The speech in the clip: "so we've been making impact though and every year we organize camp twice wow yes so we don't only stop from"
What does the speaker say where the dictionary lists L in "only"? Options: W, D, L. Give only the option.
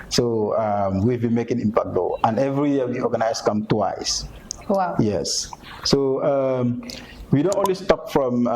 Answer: W